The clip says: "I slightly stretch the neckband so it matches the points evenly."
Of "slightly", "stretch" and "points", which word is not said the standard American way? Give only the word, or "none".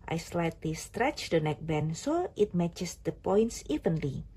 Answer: none